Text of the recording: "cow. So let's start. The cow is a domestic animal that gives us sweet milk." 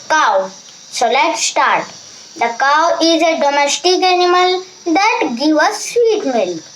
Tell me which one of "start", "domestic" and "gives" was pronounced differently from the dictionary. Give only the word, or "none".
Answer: gives